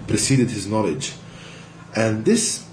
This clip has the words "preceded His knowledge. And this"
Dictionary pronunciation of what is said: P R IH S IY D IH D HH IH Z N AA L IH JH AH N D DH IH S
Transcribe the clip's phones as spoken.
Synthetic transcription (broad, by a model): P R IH S IY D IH D HH IH Z N AA L IH JH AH N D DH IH S